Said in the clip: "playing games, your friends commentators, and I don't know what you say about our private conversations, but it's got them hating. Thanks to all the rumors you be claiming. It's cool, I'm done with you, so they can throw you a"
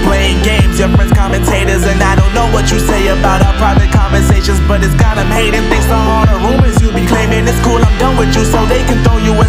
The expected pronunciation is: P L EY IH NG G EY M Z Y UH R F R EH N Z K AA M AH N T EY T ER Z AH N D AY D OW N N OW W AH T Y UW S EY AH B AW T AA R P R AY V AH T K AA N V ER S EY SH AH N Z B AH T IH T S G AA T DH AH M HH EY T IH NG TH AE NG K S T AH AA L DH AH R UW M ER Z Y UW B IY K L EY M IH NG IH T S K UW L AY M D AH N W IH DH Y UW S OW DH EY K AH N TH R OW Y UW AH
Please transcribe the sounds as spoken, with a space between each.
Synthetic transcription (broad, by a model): P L EY IH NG G EY M Z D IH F R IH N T K AA M AH N T EY T ER Z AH N AY D OW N N OW W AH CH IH S EY AH B AW T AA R P R AY V AH T K AA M V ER S EY SH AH N Z B AH T IH T S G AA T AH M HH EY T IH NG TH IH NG S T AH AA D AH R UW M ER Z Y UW B IY K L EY M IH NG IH S K UW L AY M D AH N W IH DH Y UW S OW DH EY K AH N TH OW Y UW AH